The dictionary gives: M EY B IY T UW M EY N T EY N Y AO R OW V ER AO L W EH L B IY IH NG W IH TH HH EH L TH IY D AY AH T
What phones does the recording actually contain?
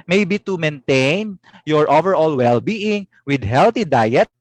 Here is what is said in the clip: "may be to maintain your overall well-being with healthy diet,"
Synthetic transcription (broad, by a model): M EY B IY T UW M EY N T EY N Y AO R OW V ER AO L W EH L B IY IH NG W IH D HH EH L T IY D AY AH T